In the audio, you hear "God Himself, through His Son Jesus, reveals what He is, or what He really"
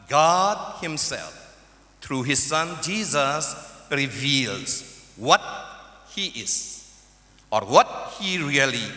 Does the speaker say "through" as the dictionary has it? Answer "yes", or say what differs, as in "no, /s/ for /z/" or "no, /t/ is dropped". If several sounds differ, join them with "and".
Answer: no, /t/ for /θ/